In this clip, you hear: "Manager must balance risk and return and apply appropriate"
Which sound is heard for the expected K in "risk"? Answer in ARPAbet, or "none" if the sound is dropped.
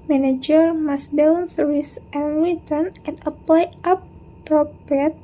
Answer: none